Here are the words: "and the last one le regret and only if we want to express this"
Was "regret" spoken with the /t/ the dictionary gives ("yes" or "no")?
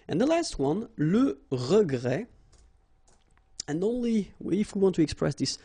no